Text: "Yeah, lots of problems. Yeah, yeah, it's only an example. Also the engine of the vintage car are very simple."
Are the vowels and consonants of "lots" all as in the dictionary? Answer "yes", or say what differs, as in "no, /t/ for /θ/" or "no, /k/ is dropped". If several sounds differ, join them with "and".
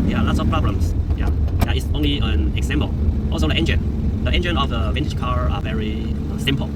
yes